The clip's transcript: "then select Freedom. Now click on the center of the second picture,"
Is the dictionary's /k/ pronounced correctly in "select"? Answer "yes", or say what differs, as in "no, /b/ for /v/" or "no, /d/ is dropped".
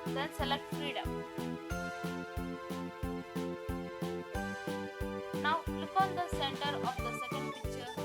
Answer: yes